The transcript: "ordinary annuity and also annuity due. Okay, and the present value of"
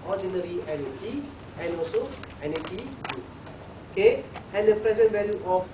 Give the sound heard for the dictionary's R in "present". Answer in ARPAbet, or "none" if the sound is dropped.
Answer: R